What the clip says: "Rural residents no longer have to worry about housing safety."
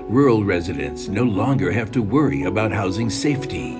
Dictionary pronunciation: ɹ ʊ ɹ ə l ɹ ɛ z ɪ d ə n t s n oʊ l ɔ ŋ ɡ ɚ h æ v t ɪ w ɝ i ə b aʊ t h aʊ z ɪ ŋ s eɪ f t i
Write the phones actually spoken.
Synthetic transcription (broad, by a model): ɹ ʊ ɹ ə l ɹ ɛ z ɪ d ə n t s n oʊ l ɔ ŋ ɡ ɚ h æ v t ɪ w ɝ i ə b aʊ t h aʊ z ɪ ŋ s eɪ f t i